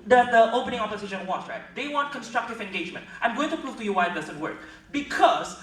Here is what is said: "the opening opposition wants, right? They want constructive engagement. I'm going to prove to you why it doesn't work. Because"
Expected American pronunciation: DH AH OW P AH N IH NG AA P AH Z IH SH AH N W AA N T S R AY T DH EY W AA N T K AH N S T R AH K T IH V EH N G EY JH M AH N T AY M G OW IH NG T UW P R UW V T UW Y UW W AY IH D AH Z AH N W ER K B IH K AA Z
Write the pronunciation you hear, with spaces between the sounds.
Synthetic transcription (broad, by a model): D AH OW P AH N IH NG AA P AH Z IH SH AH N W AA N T R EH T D EY W AA N T K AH N S T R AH K T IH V EH N G EY JH M AH N T AY M G OW IH NG T UW P R UW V T UW Y UW W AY IH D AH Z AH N W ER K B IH K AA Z